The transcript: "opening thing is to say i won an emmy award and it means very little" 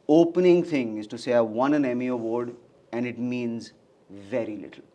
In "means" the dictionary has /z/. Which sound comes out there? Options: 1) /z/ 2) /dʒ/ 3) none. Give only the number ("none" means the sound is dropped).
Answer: 1